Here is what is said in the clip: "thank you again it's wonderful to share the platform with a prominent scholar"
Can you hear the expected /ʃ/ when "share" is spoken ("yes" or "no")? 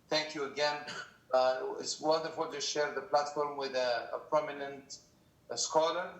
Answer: yes